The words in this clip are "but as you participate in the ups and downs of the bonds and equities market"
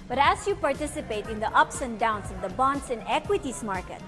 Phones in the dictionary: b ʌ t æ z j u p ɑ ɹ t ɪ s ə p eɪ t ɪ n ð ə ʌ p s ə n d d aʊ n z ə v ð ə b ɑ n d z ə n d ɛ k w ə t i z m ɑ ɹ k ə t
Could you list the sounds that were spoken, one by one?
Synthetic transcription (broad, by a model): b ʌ t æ s j u p ɑ ɹ t ɪ s ə p eɪ t ɪ n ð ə ʌ p s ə n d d aʊ n s ə v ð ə b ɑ n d s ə n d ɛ k w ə t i s m ɑ ɹ k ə t